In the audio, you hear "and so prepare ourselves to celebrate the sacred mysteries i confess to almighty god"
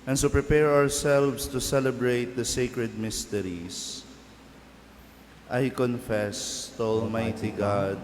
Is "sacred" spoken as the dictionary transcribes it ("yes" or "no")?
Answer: yes